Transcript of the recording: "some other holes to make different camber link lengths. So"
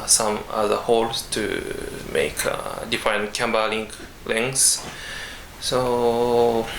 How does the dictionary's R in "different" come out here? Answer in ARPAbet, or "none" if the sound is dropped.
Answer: none